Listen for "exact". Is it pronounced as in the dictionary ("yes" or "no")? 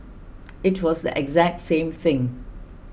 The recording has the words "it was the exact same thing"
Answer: yes